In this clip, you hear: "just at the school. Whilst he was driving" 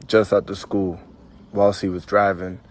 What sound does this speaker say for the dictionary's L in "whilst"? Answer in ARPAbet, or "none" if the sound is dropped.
L